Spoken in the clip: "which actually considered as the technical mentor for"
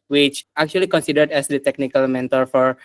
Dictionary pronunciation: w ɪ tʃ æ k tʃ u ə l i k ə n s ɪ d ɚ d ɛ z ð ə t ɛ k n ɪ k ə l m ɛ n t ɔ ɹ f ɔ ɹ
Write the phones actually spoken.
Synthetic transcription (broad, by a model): w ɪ tʃ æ k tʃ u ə l i k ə n s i d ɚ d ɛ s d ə t ɛ k n ɪ k ə l m ɛ n t ɔ ɹ f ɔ ɹ